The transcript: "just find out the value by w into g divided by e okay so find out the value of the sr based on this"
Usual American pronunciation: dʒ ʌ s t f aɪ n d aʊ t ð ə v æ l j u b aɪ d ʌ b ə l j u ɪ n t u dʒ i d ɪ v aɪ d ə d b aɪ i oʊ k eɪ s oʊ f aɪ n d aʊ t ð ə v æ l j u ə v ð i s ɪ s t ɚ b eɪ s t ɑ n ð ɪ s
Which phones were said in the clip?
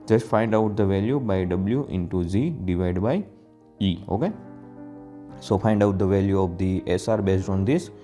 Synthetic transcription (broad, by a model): dʒ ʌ s t f aɪ n d aʊ t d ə v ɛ l j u b aɪ d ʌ b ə l j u ɪ n t u z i d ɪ v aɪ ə d b aɪ i oʊ k eɪ s oʊ f aɪ n d aʊ t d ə v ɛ l j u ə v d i s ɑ t b eɪ s t ɑ n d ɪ s